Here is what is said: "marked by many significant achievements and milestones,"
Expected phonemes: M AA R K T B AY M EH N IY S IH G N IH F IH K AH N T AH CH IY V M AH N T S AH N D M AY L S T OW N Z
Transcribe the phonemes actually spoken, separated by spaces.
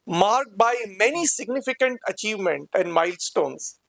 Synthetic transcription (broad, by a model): M AA R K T B AY M EH N IY S IH G N IH F IH K AH N T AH CH IY V M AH N T AH N D M AY L S T OW N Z